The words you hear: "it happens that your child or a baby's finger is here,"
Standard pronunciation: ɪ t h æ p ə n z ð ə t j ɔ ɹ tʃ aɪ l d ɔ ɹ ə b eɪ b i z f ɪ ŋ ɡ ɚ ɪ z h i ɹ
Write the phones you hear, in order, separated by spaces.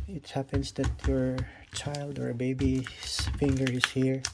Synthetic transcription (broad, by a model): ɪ t h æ p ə n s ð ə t j ɔ ɹ tʃ aɪ l d ɔ ɹ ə b eɪ b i s f ɪ ŋ ɡ ɚ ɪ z h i ɹ